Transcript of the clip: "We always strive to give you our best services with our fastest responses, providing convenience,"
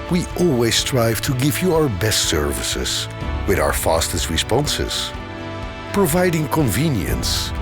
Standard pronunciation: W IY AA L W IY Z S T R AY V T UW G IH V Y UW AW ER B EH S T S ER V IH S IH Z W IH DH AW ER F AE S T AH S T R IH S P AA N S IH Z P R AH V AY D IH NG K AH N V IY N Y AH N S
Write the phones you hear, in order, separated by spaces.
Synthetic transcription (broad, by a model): W IY AA L W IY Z S T R AY V T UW G IH V Y UW AW ER B EH S T S ER V IH S IH Z W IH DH AW ER F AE S T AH S T R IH S P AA N S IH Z P R AH V AY D IH NG K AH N V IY N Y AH N S